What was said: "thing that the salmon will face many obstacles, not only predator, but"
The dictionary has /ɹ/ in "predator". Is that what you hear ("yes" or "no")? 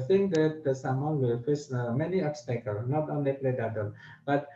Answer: no